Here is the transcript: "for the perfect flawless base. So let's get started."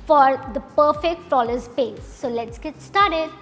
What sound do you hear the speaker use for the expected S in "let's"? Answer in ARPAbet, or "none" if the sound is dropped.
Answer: S